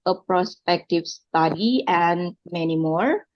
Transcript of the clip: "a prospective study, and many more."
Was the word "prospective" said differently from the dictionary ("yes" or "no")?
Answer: no